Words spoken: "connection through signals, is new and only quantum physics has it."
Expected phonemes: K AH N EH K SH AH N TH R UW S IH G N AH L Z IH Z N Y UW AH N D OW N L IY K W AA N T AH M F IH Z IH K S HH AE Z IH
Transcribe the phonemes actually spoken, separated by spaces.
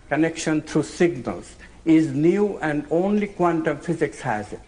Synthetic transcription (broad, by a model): K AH N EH K SH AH N T R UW S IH G N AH L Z IH Z N Y UW AH N D OW N L IY K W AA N T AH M F IH Z IH K S HH AE Z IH